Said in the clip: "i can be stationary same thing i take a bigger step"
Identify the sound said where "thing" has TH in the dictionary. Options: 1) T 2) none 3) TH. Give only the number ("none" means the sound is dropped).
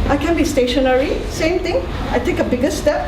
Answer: 1